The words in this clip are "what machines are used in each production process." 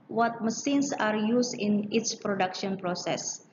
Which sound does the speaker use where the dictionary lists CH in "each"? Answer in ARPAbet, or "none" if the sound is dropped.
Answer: S